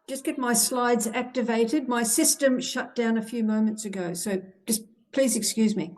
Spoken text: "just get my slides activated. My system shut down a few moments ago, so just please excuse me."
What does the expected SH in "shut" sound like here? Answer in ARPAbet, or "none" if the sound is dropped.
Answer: SH